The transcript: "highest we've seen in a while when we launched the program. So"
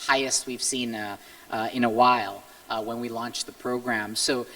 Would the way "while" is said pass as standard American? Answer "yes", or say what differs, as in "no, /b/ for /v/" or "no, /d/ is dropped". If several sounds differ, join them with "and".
yes